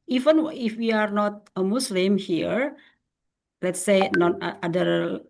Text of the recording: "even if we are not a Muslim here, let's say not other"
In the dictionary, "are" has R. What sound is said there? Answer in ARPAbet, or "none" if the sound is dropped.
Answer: R